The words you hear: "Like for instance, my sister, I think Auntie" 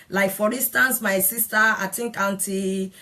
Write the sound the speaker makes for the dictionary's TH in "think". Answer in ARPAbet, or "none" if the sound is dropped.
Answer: T